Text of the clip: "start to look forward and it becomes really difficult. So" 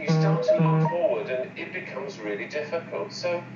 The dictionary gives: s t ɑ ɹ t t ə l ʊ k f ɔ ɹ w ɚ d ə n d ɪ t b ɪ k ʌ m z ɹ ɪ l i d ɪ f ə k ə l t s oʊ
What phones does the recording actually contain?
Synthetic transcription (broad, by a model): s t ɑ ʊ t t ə l ʊ k f ɔ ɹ w ɚ d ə n ɪ t b ɪ k ʌ m z ɹ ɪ l i d ɪ f ə k ə l t s oʊ